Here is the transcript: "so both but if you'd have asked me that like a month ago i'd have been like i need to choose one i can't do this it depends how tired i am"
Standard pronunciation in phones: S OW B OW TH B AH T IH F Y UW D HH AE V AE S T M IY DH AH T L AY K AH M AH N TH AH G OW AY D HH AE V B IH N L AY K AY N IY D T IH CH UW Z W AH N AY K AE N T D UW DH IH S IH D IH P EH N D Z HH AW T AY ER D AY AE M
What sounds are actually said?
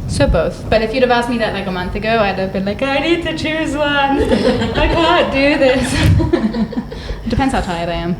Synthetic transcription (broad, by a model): S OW B OW TH B AH T IH F Y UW D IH V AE S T M IY DH AH T L AY K AH M AH N TH AH G OW AY D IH V B IH N L AY K AY N IY D T IH CH UW Z W AH N AY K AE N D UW DH IH S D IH P EH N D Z HH AW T AY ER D AY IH M